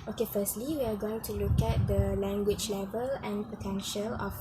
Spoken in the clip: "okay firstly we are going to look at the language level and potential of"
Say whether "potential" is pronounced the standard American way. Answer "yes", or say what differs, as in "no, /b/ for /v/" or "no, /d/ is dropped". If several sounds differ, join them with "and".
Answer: yes